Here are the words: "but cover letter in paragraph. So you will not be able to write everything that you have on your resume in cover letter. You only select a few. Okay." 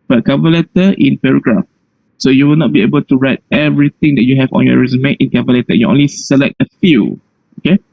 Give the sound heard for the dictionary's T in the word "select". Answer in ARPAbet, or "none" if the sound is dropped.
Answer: T